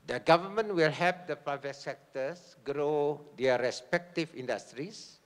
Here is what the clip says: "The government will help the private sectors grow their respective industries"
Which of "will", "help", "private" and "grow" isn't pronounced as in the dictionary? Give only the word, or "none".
help